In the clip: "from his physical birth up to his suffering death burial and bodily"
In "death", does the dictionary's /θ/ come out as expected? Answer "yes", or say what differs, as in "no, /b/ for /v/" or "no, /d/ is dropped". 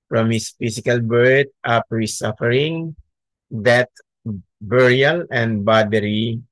no, /t/ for /θ/